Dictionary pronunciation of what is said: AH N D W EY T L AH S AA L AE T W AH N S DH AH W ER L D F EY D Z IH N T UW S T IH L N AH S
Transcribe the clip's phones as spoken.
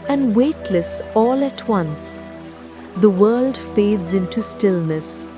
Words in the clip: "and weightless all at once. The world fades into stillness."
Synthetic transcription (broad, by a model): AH N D W EY T L AH S AA L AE T W AH N S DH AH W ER L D F EY D Z IH N T UW S T IH L N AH S